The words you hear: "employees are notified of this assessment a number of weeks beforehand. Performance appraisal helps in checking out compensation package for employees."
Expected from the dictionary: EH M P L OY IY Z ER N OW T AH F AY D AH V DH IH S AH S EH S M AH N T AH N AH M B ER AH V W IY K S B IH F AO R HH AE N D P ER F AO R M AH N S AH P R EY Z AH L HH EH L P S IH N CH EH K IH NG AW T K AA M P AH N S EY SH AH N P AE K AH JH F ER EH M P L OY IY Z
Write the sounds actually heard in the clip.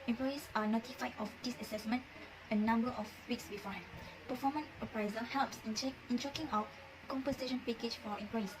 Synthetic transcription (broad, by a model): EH M P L OY IY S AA N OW T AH F AY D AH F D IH S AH S EH S M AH N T AH N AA M B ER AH F W IY K S B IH F AO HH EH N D P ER F AO M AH N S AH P R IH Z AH HH EH L P S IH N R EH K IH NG AW T K AA M P AH N S EY SH AH N P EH K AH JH F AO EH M P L OY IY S